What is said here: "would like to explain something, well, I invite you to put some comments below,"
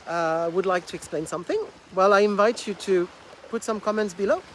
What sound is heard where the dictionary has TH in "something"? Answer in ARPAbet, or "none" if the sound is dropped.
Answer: TH